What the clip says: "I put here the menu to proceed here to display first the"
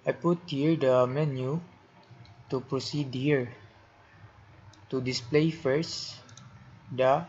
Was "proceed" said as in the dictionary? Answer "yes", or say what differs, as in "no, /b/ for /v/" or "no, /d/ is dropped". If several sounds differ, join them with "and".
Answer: yes